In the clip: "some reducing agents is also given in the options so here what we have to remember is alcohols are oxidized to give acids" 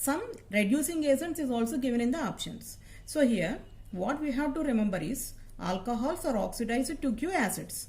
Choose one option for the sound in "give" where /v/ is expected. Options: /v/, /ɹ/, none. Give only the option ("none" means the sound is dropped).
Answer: none